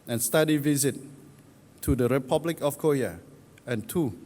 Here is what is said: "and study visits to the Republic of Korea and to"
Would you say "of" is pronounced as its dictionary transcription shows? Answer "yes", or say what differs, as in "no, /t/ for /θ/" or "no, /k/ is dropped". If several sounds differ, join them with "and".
no, /f/ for /v/